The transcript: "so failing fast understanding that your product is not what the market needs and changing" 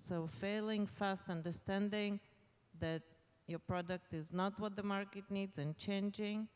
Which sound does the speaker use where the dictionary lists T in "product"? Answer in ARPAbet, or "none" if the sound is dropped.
T